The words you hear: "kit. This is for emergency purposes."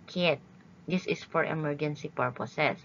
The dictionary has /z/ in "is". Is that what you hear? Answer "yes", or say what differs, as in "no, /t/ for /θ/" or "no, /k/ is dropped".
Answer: no, /s/ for /z/